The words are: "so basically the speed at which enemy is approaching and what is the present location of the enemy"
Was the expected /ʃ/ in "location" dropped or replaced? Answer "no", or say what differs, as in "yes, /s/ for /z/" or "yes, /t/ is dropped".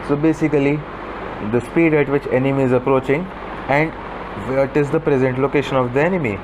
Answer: no